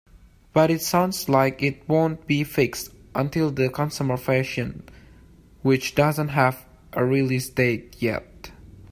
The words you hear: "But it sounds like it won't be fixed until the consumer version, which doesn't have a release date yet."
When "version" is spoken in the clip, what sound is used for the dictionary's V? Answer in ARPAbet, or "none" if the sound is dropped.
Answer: F